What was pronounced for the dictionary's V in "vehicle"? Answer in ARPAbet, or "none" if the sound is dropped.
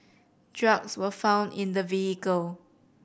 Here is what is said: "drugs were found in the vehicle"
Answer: V